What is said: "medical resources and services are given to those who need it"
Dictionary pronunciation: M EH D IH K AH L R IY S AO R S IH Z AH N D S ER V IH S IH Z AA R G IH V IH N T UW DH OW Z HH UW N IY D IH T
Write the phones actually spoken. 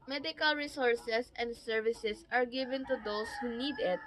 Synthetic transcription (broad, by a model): M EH D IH K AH L R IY S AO R S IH S AH N D S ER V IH S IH S AA R G IH V IH N T UW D OW S HH UW N IY D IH T